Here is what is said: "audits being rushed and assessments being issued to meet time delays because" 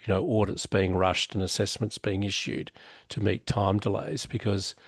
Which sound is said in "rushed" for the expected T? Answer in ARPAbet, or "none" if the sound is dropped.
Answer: T